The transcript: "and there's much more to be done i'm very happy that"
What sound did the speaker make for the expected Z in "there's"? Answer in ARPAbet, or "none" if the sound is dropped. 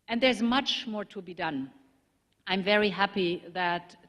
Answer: Z